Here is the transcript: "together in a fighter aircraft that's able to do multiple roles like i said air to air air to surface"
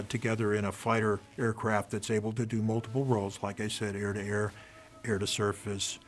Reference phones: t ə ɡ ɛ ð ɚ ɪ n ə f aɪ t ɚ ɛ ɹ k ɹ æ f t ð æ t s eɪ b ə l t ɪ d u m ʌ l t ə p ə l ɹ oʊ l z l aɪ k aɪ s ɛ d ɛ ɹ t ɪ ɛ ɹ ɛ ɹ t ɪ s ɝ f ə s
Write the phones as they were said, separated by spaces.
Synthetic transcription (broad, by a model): t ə ɡ ɛ ð ɚ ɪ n ə f aɪ t ɚ ɛ ɹ k ɹ æ f t ð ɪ t s eɪ b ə l t ɪ d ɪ m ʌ l t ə p l ɹ oʊ l z l aɪ k aɪ s ɛ d ɛ ɹ t ɪ ɛ ɹ ɛ ɹ t ɪ s ɝ f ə s